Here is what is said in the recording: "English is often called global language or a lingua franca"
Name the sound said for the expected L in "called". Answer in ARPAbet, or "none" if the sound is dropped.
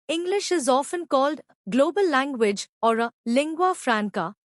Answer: L